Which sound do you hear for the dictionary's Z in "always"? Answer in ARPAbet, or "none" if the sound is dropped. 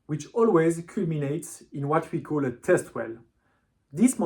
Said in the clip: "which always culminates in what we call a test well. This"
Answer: Z